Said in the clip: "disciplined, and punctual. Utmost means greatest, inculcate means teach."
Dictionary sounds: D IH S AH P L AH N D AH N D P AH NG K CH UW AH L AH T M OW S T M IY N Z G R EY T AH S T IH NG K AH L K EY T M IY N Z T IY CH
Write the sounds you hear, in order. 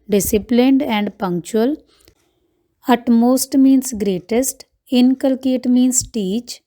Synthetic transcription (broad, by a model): D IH S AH P L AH N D AH N D P AH NG K CH UW AH L AH T M OW S T M IY N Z G R EY T AH S T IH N K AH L K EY T M IY N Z T IY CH